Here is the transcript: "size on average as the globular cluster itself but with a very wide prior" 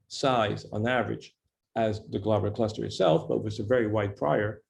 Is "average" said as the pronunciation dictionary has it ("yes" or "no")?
yes